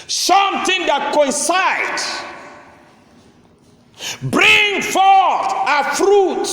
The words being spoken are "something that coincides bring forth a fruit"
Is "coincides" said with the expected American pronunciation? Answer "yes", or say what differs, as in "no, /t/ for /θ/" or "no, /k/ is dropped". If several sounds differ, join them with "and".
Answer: no, /z/ is dropped